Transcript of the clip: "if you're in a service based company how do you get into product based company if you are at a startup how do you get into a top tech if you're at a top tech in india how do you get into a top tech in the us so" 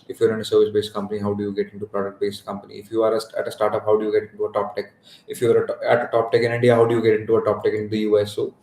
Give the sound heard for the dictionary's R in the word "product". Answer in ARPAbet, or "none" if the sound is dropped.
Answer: R